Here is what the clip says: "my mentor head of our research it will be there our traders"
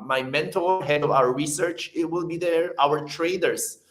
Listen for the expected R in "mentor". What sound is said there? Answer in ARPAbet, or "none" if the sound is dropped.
L